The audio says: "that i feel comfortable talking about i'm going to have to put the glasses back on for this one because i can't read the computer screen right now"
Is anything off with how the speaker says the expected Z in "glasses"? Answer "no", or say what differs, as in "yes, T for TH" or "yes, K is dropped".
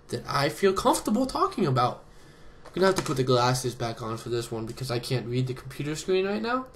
no